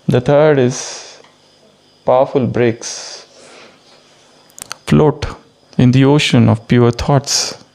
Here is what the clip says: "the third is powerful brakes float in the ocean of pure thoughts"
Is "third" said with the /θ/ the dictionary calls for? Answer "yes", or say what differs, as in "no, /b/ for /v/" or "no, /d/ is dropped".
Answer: no, /t/ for /θ/